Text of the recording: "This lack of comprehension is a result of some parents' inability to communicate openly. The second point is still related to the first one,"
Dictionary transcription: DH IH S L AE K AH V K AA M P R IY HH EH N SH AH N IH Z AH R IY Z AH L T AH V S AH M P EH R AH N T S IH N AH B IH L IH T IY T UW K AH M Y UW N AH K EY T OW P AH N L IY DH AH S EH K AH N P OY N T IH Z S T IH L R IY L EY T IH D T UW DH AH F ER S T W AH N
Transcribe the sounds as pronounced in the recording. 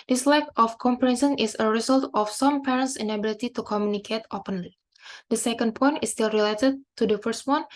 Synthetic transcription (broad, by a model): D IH S L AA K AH F K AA M P R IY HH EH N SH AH N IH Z AH R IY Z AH L T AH F S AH M P EH R AH N T S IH N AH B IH L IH T IY T UW K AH M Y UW N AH K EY T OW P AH N L IY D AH S EH K AH N P OY N T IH S T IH L R IY L EY T IH D T UW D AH F ER S T W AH N